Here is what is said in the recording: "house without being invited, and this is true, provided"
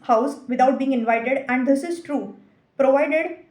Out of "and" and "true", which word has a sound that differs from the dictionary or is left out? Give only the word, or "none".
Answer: none